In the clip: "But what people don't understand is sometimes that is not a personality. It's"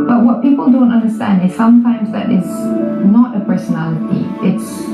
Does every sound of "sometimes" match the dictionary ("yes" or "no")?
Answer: yes